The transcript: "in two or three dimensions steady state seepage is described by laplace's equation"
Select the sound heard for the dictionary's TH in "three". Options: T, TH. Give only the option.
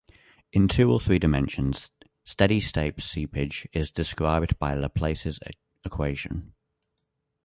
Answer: TH